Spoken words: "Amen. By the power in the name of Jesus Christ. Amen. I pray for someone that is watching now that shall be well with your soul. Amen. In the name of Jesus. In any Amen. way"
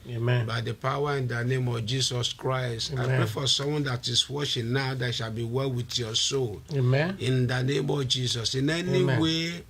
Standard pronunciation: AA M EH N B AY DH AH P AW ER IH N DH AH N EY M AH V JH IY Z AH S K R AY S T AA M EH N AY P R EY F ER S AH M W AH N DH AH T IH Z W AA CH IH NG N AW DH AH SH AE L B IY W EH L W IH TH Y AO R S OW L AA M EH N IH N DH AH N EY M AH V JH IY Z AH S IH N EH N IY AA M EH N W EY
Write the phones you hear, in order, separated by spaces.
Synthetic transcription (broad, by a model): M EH B AY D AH P AW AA IH N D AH N EY M AH V JH IY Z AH S K R AY S T AA IH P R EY F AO S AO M W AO N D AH T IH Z W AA SH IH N N AW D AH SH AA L B IY W EH L W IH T Y AO S OW L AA N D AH N EY M AH V JH IY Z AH S IH N EH N IY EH W EY